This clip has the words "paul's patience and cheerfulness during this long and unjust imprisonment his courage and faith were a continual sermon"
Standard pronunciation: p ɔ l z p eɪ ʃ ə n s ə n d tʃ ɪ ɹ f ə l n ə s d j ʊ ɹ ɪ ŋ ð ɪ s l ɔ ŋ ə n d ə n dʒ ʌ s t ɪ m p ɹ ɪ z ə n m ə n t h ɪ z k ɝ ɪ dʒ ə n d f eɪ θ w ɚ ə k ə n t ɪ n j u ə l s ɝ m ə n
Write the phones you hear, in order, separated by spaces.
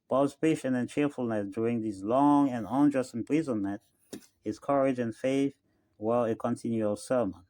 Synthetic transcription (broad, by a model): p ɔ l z p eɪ ʃ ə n ə n tʃ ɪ ɹ f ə l n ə s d j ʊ ɹ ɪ ŋ ð ɪ s l ɔ ŋ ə n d ə n dʒ ʌ s t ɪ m p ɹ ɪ z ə n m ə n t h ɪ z k ɝ ɪ dʒ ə n f eɪ θ w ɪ ə k ə n t ɪ n j u ə l s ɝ m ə n